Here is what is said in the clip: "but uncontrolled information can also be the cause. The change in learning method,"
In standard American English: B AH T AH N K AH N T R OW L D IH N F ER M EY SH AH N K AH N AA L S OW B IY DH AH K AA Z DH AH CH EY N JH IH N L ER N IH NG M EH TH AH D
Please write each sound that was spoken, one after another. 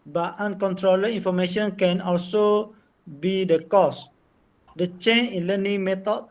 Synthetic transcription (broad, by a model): B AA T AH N K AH N T R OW L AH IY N F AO M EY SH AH N K AH N AA L S OW B IY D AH K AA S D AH CH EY N IH N L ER N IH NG M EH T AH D